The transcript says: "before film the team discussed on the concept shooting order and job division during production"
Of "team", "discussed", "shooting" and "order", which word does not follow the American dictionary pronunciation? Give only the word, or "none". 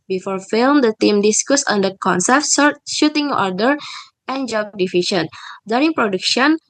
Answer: discussed